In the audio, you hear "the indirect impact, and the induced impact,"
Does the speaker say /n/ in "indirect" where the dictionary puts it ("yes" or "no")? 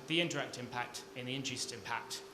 yes